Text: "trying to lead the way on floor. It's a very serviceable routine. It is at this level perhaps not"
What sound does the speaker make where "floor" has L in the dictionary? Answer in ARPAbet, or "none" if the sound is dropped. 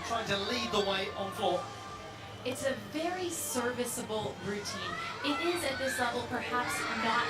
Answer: none